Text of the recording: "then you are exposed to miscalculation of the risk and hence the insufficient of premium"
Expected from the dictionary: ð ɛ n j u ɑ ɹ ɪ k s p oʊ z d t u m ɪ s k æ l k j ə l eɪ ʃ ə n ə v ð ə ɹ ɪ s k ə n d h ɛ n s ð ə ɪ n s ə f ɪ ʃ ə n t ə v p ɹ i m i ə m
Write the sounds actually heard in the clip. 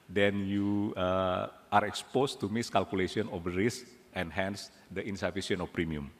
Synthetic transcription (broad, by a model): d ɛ n j u ɑ ɹ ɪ k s p oʊ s t u m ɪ s k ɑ l k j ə l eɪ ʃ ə n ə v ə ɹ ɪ s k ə n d h ɛ n s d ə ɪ n s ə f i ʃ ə n ə f p ɹ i m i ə m